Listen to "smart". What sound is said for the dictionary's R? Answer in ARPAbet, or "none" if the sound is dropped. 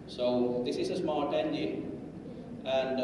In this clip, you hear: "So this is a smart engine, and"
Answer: L